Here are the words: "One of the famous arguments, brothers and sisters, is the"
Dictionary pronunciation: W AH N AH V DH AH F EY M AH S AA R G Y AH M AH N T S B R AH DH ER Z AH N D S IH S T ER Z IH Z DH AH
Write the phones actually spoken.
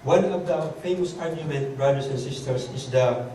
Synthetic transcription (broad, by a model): W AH N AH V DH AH F EY M AH S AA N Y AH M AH N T B R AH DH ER S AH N S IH S T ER S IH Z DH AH